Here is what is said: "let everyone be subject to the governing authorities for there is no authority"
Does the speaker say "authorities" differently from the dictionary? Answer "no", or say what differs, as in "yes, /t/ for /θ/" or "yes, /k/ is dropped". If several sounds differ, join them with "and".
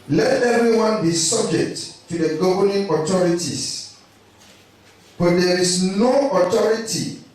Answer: yes, /t/ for /θ/